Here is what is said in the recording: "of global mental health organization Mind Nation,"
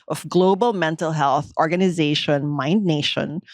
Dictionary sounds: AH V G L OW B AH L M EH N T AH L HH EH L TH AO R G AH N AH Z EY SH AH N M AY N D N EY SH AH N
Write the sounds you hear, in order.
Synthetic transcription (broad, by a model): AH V G L OW B AH L M EH N T AH L HH EH L TH AO R G AH N AH Z EY SH AH N M AY N D N EY SH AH N